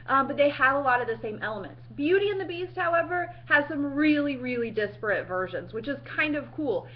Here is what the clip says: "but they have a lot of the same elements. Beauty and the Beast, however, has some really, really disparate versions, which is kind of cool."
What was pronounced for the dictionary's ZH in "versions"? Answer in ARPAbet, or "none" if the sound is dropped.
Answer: ZH